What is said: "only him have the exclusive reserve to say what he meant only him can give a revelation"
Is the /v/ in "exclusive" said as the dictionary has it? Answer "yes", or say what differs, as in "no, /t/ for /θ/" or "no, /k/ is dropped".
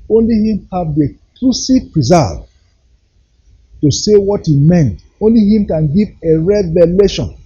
no, /p/ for /v/